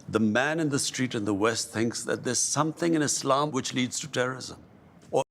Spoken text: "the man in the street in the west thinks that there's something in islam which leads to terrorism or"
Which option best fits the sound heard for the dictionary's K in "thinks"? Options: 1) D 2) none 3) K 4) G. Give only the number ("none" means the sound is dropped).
3